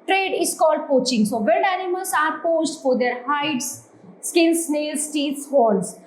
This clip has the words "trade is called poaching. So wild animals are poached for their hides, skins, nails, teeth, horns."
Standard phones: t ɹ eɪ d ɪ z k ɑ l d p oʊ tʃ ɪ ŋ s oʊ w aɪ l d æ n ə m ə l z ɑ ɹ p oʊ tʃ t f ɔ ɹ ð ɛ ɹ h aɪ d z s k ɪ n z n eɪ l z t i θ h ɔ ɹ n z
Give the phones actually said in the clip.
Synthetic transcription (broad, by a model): t ɹ eɪ d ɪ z k ɑ l d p oʊ tʃ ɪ ŋ s oʊ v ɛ n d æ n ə m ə l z ɑ ɹ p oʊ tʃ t f ɔ ɹ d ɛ ɹ h aɪ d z s k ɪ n s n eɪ l s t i s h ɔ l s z